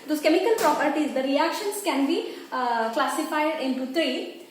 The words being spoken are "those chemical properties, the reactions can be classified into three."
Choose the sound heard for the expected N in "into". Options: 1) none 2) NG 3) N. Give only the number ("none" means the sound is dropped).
3